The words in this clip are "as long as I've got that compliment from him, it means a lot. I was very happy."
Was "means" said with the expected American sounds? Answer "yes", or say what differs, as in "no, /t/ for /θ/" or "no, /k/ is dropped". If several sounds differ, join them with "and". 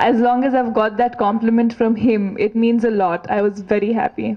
yes